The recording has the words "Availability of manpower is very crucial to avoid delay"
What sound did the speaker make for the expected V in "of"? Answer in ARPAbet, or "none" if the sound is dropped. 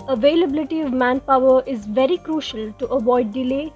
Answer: V